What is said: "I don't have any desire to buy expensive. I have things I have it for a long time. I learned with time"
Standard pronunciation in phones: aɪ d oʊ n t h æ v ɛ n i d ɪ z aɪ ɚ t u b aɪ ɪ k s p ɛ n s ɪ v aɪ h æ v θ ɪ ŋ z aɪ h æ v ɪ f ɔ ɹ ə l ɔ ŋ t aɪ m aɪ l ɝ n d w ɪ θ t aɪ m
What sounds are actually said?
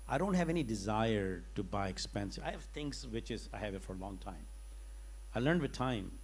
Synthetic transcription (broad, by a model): aɪ d oʊ n t h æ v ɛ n i d ɪ z aɪ ɚ t u b aɪ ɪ k s p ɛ n s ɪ ɪ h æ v t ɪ ŋ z aɪ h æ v ɪ f ɔ ɹ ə l ɔ ŋ t aɪ m aɪ l ɝ n d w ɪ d t aɪ m